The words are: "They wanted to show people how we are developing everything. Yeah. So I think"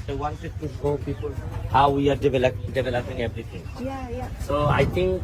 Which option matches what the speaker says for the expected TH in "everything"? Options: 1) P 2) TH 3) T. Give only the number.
3